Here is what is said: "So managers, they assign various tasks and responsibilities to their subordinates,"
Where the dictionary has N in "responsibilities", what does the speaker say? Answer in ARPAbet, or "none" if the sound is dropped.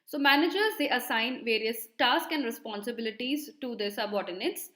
N